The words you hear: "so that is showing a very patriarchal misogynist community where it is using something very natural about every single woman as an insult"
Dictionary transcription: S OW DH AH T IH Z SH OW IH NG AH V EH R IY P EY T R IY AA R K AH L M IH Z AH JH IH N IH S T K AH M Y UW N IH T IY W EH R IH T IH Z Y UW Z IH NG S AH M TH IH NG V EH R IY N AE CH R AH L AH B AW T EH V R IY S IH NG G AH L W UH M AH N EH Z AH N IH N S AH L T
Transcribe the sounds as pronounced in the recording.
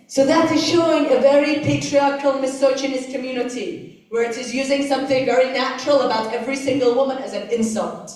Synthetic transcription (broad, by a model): S OW DH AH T IH Z SH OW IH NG AH V EH R IY P EY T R IY AA R K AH L M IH S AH CH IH N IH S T K AH M Y UW N IH T IY W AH R IH T IH Z Y UW Z IH NG S AH M TH IH NG V EH R IY N AE CH R AH L AH B AW T EH V R IY S IH NG G AH L W UH M AH N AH Z AH N IH N S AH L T